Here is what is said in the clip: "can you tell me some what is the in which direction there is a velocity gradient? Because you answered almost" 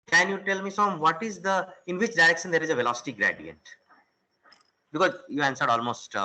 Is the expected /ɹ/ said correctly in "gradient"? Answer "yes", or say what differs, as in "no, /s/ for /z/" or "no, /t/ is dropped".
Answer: yes